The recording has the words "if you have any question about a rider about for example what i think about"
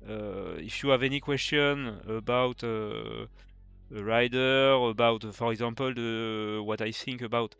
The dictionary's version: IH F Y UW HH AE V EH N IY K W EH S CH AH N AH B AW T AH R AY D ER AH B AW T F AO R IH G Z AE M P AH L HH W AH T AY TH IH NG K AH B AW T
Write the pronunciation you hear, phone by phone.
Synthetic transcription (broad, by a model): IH F Y UW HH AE V EH N IY K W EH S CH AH N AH B AW T AH R AY D ER AH B AW T F AO R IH G Z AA M P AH L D W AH T AY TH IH NG K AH B AW T